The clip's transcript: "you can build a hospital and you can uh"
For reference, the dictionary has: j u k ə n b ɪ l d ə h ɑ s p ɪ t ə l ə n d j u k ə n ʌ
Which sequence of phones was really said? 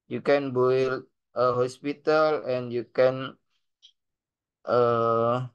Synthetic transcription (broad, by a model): j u k ə n b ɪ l ə h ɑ s p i t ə l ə n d j u k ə n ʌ